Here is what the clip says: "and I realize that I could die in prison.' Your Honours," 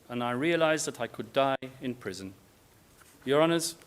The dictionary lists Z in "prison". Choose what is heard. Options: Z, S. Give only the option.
Z